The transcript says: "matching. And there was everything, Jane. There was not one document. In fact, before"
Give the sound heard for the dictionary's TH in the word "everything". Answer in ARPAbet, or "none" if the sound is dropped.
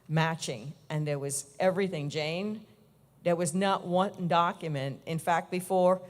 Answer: TH